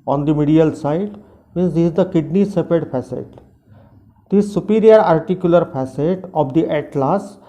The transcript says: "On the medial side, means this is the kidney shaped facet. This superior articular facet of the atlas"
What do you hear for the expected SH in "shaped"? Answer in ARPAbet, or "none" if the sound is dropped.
S